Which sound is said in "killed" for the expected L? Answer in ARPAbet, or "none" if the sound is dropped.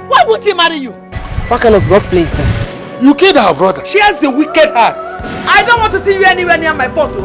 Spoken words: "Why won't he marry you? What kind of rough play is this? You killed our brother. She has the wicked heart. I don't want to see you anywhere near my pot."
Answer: none